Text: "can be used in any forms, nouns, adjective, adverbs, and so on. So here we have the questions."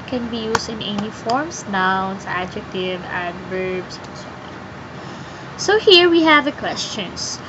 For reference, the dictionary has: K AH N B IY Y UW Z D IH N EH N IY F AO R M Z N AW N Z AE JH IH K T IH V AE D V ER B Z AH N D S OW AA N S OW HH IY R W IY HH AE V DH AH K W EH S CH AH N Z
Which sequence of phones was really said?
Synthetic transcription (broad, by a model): K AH N B IY Y UW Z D IH N EH N IY F AO R M S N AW N S AE JH IH K T IH V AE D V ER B S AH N S OW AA S OW HH IY R W IY HH AE V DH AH K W EH S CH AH N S